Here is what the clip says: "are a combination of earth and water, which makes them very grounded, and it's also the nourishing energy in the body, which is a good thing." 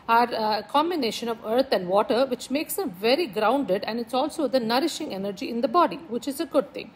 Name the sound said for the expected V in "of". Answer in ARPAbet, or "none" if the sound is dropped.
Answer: V